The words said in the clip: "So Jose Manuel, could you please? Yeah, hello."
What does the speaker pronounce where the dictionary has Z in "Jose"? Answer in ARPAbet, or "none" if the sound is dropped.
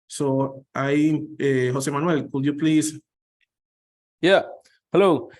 S